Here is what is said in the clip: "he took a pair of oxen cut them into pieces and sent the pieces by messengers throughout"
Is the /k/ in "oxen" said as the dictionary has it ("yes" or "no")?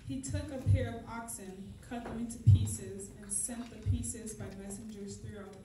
yes